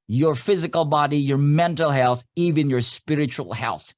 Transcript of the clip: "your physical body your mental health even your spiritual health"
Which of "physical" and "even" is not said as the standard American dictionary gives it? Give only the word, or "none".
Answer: none